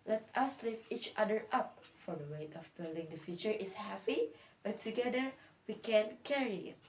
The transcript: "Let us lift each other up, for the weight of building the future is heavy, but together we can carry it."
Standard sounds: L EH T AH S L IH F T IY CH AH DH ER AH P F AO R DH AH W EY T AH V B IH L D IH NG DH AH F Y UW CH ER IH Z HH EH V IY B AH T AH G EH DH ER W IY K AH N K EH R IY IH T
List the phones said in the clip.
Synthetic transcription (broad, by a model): L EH T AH S L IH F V IY CH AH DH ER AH P F AO R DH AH W EY T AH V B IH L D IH NG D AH F Y UW CH ER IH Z HH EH P IY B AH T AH G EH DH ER W IY K AH N K EH R IY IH T